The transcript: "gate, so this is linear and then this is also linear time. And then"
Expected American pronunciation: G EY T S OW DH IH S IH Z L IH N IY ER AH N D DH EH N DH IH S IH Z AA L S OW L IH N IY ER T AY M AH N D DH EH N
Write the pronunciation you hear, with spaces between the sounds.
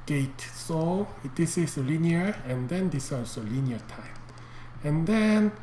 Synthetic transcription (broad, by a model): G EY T S OW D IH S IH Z L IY N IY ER AH N D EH N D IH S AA S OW L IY N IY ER T AY M AH N D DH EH N